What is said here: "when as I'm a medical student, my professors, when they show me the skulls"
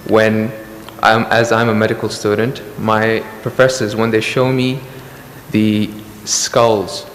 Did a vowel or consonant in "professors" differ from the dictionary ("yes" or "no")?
no